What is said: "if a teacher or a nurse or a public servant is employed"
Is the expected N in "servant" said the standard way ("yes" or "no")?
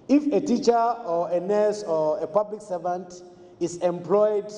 yes